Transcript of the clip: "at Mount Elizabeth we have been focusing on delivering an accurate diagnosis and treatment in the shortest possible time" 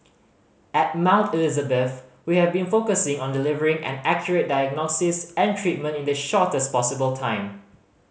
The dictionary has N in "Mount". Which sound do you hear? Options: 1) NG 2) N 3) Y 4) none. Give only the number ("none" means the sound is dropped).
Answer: 2